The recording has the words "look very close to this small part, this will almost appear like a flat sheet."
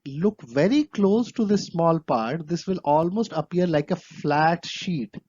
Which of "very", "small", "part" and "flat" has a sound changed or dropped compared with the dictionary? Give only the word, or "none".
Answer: none